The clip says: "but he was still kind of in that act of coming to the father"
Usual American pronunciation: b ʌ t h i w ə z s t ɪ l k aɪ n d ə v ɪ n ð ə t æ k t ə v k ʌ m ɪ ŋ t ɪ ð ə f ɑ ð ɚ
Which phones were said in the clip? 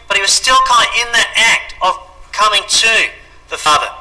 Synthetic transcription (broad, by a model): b ʌ t h i w ə z s t ɪ l k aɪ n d ɪ n ð ə t æ k t ə v k ʌ m ɪ ŋ t ɪ ð ə f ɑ ð ɚ